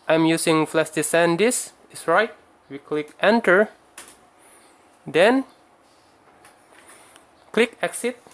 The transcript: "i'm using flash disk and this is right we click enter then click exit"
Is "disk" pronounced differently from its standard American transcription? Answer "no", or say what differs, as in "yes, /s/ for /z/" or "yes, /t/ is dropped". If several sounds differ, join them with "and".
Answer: yes, /k/ is dropped